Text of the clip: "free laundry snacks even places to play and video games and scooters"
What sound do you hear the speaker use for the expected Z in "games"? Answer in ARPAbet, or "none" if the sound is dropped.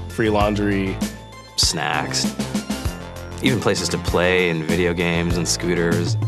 Z